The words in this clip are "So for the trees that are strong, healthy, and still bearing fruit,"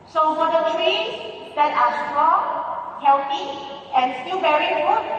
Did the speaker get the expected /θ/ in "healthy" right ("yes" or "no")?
no